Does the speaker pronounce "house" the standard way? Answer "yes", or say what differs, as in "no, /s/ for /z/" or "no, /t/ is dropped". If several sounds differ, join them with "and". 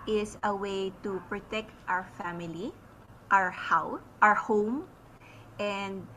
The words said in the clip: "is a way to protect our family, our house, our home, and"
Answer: no, /s/ is dropped